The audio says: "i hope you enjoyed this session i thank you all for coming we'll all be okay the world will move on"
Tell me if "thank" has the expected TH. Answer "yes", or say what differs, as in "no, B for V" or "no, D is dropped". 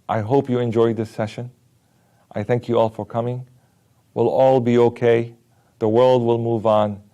yes